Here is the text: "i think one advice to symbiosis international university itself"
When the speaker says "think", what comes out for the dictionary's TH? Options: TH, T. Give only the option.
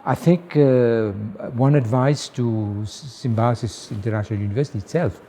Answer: TH